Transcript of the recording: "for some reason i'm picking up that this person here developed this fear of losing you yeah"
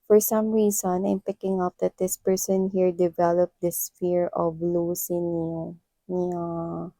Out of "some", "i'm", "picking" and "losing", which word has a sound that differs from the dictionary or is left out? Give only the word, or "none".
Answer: losing